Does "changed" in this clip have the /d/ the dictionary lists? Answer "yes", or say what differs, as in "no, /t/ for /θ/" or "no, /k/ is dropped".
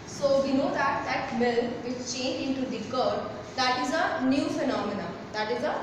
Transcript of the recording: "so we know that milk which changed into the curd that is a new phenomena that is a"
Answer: no, /d/ is dropped